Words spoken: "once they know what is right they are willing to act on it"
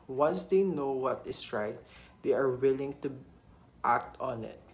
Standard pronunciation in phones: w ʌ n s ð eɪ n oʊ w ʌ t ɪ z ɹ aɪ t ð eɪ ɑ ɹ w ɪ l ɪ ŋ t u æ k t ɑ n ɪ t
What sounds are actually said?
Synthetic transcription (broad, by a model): w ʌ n s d eɪ n oʊ w ʌ t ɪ s ɹ aɪ t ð eɪ ɑ ɹ w ɪ l ɪ ŋ t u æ k t ɑ n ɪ t